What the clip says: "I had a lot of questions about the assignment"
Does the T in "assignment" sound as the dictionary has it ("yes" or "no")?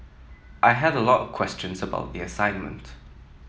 yes